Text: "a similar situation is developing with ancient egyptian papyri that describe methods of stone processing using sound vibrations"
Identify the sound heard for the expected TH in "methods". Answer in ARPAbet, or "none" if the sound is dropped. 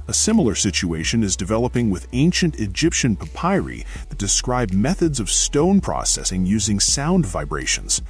TH